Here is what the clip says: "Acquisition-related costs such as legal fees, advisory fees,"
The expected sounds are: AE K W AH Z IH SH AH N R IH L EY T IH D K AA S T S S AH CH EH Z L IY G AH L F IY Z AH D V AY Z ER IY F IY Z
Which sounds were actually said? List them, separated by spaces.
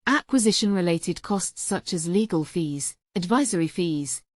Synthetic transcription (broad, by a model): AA K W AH Z IH SH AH N R IH L EY T IH D K AA S T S S AH CH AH Z L IY G AH L F IY Z AH D V AY Z ER IY F IY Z